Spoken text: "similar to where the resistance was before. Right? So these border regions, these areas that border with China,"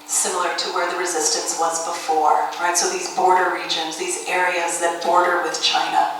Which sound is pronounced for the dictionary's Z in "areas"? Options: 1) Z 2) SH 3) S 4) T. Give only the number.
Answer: 1